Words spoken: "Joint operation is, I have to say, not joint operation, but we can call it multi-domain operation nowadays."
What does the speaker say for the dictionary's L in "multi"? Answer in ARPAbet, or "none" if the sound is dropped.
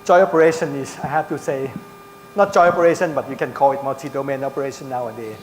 none